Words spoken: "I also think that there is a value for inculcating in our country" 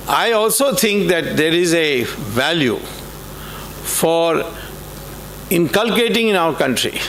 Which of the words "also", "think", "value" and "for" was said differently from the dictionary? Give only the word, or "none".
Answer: think